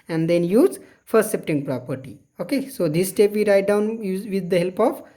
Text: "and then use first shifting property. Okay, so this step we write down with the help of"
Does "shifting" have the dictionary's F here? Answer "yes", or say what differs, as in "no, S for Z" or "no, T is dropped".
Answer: no, P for F